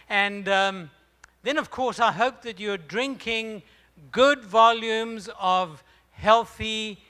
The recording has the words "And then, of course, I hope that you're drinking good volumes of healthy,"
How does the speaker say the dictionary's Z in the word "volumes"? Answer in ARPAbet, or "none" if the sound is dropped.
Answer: Z